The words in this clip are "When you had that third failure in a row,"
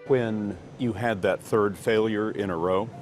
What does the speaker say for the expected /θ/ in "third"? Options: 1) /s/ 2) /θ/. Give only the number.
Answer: 2